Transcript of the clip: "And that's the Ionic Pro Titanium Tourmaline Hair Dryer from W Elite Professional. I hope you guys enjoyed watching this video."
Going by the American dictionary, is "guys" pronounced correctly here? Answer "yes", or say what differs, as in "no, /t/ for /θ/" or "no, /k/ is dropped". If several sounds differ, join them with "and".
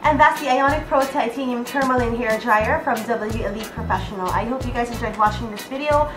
yes